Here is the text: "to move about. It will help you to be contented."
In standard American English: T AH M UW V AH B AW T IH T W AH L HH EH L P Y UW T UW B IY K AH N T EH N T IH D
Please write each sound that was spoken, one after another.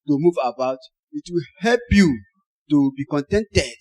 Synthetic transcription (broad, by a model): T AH M UW V AH B AW T IH T W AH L HH EH L P Y UW T UW B IY K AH N T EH N T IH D